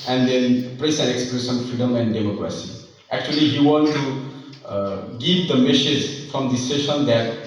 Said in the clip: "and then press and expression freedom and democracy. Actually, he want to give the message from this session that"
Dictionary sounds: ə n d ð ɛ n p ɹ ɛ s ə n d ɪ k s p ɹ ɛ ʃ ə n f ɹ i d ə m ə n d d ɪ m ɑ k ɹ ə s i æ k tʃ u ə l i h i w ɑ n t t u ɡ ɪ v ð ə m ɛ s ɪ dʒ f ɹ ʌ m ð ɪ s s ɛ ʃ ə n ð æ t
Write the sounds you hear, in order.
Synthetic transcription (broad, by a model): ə n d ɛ n p ɹ ɛ s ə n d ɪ k s p ɹ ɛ s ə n f ɹ i d ə m ə n d d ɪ m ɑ k ɹ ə s i æ k tʃ u ə l i h i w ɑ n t t u ɡ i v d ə m ɛ s ɪ dʒ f ɹ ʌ m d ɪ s s ɛ ʃ ə n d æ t